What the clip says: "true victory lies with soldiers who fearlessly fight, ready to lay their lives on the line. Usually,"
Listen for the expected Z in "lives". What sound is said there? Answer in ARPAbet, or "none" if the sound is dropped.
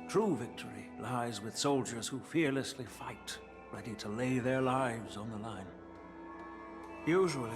Z